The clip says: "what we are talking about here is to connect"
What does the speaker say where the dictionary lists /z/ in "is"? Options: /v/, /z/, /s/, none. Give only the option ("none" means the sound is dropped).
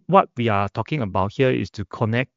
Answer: /s/